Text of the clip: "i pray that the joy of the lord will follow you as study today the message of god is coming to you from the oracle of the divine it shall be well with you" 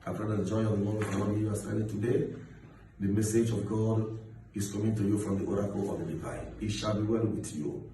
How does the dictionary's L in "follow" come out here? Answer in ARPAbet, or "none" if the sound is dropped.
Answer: N